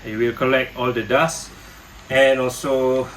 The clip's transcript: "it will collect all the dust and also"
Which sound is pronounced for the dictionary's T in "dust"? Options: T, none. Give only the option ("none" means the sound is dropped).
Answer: none